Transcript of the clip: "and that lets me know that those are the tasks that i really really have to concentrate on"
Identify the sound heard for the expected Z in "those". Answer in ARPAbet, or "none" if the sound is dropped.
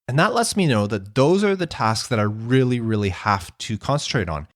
Z